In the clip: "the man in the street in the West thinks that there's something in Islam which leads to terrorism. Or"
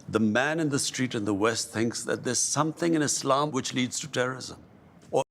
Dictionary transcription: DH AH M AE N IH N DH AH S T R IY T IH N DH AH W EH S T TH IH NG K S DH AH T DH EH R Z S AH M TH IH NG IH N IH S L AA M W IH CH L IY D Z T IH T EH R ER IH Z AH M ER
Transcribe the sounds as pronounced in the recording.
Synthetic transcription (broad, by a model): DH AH M AE N IH N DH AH S T R IY T IH N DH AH W EH S T TH IH NG K S DH AH T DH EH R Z S AH M TH IH NG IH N IH S L AA M W IH CH L IY D Z T IH T EH R ER IH Z AH M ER